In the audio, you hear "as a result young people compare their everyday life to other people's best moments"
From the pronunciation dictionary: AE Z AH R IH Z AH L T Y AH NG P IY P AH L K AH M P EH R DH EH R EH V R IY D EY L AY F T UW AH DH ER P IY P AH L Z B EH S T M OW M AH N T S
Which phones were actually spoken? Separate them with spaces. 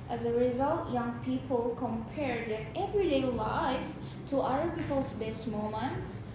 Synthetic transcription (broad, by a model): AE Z AH R IH Z AH L T Y AH NG P IY P AH L K AH M P EH R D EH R EH V R IY D EY L AY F T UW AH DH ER P IY P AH L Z B EH S T M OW M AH N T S